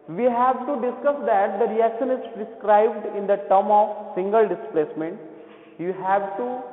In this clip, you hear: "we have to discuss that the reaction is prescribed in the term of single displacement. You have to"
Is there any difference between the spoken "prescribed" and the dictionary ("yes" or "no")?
no